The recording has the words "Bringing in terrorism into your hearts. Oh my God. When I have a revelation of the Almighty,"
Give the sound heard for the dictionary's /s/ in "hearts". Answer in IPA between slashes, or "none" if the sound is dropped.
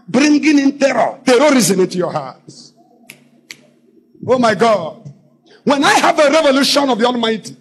none